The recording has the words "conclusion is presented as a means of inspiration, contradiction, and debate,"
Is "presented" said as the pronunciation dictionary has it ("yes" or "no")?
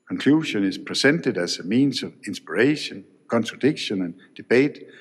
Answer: no